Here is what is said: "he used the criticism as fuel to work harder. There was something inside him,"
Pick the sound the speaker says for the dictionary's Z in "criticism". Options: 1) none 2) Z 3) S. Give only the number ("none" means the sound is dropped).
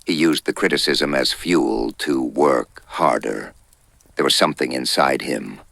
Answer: 2